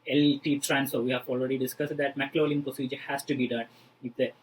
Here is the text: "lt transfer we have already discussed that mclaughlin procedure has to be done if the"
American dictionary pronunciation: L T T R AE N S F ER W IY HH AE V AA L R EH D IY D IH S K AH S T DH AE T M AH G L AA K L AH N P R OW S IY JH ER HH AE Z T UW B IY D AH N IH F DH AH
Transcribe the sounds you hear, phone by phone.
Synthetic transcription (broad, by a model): L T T R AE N S AO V IY HH AE V AA L R EH D IY D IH S K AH S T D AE T M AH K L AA L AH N P R OW S IY JH ER HH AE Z T UW B IY D AH N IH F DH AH